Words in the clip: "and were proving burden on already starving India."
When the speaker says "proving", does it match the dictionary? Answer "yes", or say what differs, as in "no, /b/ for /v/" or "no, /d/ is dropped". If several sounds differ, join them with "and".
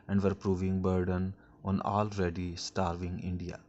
yes